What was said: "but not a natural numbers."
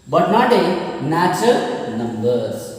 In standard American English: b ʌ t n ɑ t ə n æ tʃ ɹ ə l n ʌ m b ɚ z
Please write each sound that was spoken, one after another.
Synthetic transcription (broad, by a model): b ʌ t n ɑ t ə n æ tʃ ə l n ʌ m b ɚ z